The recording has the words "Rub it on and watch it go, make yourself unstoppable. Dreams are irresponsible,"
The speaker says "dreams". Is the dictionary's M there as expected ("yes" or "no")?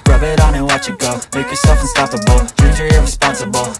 no